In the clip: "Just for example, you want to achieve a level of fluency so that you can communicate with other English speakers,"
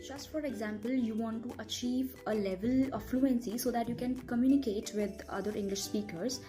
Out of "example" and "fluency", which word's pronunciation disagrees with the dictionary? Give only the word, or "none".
none